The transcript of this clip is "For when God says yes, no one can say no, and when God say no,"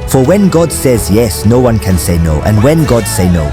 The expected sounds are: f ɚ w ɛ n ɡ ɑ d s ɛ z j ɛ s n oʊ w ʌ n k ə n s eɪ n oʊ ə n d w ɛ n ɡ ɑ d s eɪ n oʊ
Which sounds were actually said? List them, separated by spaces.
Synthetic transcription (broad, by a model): f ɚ w ɛ n ɡ ɑ d s ɛ z j ɛ s n oʊ w ʌ n k ə n s eɪ n oʊ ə n w ɛ n ɡ ɑ d s eɪ n oʊ